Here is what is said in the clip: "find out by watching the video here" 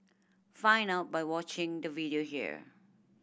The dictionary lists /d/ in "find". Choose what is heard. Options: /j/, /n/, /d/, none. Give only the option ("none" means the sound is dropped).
none